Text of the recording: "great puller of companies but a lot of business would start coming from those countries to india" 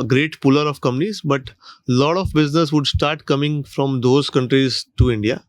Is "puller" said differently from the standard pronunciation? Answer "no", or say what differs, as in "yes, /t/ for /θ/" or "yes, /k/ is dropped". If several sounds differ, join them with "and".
no